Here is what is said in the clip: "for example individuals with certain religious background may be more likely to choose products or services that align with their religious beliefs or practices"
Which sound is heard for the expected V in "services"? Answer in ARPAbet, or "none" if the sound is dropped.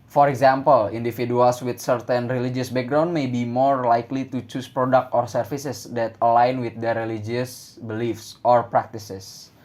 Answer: F